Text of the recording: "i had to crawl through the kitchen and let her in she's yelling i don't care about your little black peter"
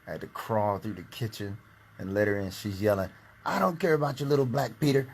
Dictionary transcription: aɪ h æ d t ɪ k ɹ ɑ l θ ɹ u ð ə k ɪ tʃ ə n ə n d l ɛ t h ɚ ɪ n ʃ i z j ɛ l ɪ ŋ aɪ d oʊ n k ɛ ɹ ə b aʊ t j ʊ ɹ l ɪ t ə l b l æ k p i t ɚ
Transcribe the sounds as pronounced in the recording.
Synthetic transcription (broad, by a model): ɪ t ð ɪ k ɹ ɑ l θ ɹ u ð ə k ɪ tʃ ə n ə n l ɛ t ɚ ɪ n ʃ i z j ɛ l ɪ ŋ aɪ d oʊ n k ɛ ɹ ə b aʊ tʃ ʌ ɹ l ɪ t l b l æ k p i t ɚ